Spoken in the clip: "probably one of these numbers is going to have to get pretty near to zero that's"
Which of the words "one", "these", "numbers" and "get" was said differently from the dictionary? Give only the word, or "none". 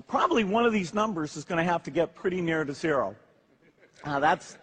none